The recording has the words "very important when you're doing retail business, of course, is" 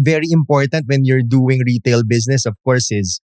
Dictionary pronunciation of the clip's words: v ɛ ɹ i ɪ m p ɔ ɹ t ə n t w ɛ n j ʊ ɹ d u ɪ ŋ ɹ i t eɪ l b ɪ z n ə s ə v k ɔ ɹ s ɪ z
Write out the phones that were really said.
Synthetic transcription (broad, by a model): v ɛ ɹ i ɪ m p ɔ ɹ t ə n t w ɛ n j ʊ ɹ d u ɪ ŋ ɹ i t eɪ l b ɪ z n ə s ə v k ɔ ɹ s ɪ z